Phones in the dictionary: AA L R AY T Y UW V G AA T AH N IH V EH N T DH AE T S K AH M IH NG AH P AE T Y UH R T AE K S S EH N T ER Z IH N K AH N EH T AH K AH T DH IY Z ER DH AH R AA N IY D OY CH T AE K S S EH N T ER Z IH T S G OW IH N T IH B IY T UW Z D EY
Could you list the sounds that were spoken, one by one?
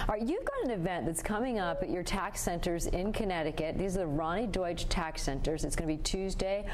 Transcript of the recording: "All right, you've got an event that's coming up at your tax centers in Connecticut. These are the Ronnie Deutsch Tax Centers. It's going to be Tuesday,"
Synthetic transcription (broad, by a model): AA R Y UW V G AA T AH N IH V EH N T DH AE T S K AH M IH NG AH P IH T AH R T AE K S S EH N T ER Z IH N K AH N EH T AH K AH T DH IY Z ER DH AH R AA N IY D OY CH T AE K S S EH N T ER Z IH T S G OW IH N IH B IY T UW Z D EY